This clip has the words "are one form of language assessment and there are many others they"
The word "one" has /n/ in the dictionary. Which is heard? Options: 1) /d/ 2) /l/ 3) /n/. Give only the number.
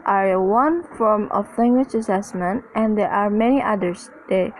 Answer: 3